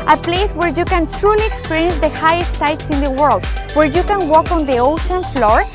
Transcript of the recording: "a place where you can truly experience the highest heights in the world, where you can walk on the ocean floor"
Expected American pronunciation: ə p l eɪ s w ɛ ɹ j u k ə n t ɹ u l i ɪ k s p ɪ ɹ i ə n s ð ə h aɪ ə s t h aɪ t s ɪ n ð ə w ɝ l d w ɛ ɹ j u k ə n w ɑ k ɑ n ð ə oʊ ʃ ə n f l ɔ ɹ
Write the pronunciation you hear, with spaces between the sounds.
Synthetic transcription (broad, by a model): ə p l eɪ s w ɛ ɹ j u k ə n t ɹ u l i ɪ k s p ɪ ɹ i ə n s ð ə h aɪ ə s t aɪ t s ɪ n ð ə w ɝ l d w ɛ ɹ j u k ə n w ɑ k ɑ n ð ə oʊ ʃ ə n f l ɔ ɹ